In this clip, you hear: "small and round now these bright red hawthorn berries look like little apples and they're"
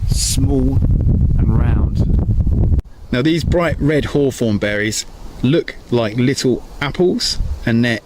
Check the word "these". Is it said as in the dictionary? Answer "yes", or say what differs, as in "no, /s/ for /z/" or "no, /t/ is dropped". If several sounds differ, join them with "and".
yes